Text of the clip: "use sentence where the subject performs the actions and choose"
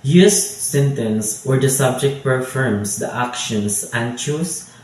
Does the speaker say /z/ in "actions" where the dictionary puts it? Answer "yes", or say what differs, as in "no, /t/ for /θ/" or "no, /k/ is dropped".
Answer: no, /s/ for /z/